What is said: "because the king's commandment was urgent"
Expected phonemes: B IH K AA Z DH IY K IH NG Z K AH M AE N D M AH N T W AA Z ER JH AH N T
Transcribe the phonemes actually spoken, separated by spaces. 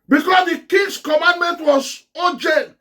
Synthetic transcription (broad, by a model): B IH K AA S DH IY K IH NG S K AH M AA N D M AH N T W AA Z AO JH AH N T